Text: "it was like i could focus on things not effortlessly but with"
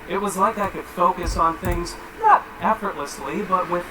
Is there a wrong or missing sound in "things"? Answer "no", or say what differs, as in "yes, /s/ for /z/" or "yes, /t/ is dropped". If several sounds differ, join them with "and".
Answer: no